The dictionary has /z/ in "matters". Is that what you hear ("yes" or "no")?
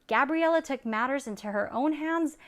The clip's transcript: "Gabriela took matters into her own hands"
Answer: yes